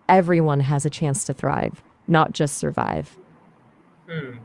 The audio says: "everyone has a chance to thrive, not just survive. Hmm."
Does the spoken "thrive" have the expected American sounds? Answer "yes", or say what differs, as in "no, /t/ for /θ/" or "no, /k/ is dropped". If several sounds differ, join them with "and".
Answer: yes